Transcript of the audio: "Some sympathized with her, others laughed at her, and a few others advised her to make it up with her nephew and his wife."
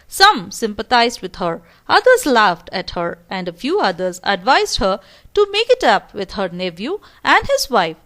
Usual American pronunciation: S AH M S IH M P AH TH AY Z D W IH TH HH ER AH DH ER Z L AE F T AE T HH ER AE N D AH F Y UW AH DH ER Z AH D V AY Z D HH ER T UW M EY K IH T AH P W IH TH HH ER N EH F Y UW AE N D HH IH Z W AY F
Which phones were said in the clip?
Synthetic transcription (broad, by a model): S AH M S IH M P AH T AY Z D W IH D HH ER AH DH ER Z L AE F T AE T HH ER AE N D AH F Y UW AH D ER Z AH D V AY Z D HH ER T UW M EY K IH T AH P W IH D HH ER N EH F Y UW AE N D HH IH Z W AY F